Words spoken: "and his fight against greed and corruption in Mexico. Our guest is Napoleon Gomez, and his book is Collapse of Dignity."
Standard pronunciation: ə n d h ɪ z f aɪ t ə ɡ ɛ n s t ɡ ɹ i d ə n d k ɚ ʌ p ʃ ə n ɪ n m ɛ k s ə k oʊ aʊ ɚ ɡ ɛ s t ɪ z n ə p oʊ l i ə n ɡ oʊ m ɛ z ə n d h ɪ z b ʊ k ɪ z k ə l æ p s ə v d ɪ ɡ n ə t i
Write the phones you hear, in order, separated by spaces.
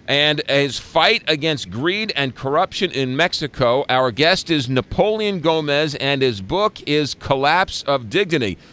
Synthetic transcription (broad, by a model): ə n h ɪ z f aɪ t ə ɡ ɛ n s t ɡ ɹ i d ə n k ɚ ʌ p ʃ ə n ɪ n m ɛ k s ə k oʊ aʊ ɚ ɡ ɛ s t ɪ z n ə p oʊ l i ə n ɡ oʊ m ɛ z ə n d ɪ z b ʊ k ɪ z k ə l æ p s ə v d ɪ ɡ n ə t i